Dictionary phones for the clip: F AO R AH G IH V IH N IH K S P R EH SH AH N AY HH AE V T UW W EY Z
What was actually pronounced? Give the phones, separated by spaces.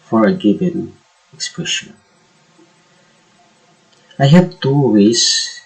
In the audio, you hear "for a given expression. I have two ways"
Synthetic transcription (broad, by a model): F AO R AH G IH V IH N IH K S P R EH SH AH N AY HH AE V T UW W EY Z